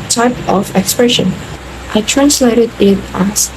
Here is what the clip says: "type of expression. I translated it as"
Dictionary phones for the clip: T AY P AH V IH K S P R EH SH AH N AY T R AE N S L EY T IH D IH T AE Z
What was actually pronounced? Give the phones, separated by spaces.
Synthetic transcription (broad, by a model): T AY P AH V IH K S P R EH SH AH N AY T R AE N S L EY T IH D IH T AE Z